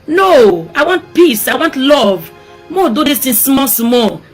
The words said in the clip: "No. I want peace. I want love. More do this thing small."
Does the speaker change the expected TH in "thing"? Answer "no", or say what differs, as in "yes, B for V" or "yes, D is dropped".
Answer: yes, T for TH